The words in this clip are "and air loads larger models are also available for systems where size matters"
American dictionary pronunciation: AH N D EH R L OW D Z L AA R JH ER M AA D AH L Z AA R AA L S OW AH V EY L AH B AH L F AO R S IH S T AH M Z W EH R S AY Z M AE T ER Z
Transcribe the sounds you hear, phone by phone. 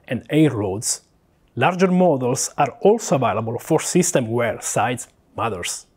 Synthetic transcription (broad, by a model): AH N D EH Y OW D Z L AA R JH ER M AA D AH L S AA R AA L S OW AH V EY L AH B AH L F AO R S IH S T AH M W EH R S AY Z M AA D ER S